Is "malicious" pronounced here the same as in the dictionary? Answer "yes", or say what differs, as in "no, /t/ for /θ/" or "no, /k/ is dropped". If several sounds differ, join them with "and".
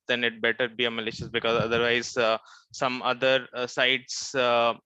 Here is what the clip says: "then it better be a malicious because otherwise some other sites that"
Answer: yes